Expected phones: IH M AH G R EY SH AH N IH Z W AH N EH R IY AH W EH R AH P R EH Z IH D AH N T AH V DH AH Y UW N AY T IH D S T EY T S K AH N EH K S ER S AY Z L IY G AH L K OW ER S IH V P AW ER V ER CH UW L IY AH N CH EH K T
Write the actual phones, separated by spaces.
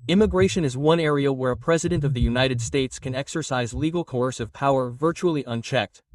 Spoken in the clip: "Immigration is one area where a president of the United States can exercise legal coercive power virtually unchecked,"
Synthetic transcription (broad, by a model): IH M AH G R EY SH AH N IH Z W AH N EH R IY AH W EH R AH P R EH Z IH D AH N T AH V DH AH Y UW N AY T IH D S T EY T S K AH N EH K S ER S AY Z L IY G L K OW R S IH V P AW ER V ER CH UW L IY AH N CH EH K T